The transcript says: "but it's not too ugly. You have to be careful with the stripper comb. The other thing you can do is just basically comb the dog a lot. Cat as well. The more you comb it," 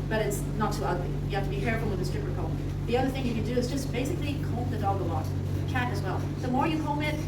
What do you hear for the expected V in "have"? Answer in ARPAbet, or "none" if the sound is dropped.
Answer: F